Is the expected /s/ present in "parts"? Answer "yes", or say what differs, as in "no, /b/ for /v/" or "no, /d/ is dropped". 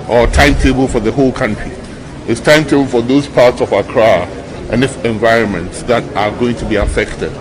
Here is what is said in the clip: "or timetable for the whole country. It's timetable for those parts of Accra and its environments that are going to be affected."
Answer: yes